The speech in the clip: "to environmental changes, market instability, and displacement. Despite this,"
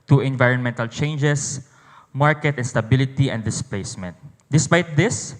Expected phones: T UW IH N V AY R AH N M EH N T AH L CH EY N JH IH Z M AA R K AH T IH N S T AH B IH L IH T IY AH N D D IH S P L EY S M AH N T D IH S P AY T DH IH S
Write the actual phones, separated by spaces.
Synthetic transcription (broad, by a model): T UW IH N V AY R AH N M EH N T AH L CH EY N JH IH S M AA R K AH T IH N S T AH B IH L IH T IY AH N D D IH S P L EY S M AH N T D IH S P AY T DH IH S